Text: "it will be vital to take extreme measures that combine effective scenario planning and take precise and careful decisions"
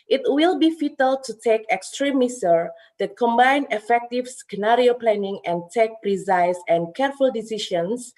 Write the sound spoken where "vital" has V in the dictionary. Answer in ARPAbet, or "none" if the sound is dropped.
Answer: F